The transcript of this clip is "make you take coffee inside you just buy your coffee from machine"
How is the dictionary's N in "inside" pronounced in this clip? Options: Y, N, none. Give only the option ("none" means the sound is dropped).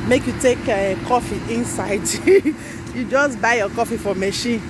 N